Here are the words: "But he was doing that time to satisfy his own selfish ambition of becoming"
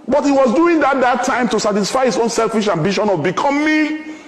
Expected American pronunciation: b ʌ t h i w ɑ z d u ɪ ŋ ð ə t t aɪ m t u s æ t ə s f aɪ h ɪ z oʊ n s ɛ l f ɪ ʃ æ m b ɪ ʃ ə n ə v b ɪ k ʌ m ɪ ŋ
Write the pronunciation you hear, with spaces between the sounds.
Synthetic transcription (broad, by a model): b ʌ t h i w ɑ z d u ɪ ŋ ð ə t t aɪ m t u s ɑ t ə s f aɪ h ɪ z oʊ n s ɛ l f ɪ ʃ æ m b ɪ ʃ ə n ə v b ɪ k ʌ m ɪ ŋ